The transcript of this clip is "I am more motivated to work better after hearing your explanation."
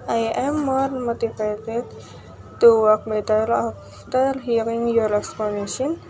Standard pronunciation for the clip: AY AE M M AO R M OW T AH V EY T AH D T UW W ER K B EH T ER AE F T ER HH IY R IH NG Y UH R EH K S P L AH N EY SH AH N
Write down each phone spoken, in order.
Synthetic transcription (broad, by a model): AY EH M M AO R M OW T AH P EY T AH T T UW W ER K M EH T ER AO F T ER HH IY R IH NG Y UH R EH K S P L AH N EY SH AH N